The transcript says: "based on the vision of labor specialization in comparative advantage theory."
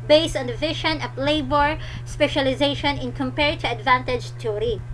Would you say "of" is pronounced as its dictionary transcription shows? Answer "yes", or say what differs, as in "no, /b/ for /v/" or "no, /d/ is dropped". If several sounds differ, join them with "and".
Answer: no, /p/ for /v/